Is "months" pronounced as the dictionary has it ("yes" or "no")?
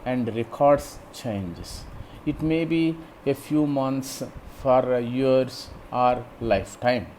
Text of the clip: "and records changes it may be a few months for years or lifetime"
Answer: no